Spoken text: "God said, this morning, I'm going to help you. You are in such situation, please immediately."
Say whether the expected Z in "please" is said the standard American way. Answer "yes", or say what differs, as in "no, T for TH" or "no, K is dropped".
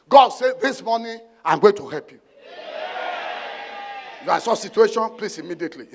no, S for Z